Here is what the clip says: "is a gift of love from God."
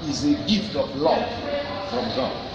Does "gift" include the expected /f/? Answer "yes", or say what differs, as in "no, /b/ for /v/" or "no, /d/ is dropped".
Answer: yes